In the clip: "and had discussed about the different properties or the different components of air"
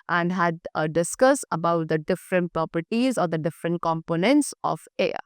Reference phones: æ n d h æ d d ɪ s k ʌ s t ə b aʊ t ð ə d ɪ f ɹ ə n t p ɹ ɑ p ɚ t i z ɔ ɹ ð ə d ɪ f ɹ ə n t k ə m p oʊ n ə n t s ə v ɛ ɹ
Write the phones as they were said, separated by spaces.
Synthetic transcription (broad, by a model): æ n d h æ d d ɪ s k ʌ s ə b aʊ t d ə d ɪ f ɹ ə n t p ɹ ɑ p ɚ t i z ɔ ɹ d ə d ɪ f ɹ ə n t k ə m p oʊ n ə n t s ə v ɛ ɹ